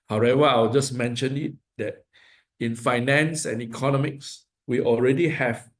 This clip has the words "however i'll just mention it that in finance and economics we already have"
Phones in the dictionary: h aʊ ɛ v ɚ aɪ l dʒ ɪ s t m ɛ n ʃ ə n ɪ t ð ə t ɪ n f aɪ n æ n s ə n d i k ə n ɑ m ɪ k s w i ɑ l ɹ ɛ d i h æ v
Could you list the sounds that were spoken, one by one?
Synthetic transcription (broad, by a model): h aʊ ɛ v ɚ aɪ w dʒ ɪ s m ɛ n ʃ ə n ɪ t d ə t ɪ n f aɪ n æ n s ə n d i k ə n ɑ m ɪ k s w i ɑ l ɹ ɛ d i h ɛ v